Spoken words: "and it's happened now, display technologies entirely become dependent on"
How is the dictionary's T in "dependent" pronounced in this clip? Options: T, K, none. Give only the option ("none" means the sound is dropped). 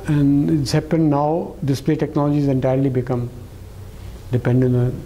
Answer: none